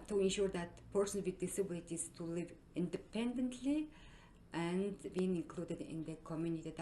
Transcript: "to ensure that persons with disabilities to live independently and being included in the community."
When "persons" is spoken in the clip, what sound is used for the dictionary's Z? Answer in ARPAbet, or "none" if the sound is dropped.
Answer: none